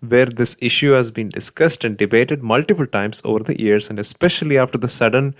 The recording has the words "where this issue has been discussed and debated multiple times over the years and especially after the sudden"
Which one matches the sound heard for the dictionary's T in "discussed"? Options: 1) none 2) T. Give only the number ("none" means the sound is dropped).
2